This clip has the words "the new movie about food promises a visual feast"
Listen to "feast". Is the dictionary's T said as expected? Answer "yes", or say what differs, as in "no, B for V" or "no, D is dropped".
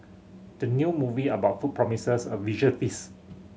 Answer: no, T is dropped